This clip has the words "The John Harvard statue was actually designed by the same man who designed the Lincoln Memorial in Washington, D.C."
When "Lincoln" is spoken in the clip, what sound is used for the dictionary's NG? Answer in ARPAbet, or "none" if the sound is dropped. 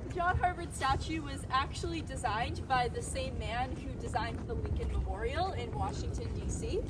none